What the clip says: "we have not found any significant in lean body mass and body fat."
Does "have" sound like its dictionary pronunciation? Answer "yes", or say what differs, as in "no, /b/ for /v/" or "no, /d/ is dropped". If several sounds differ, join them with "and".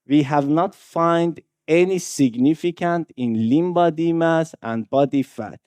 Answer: yes